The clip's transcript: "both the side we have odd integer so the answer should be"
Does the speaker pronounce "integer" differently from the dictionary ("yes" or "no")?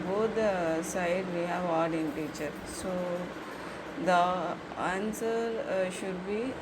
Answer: yes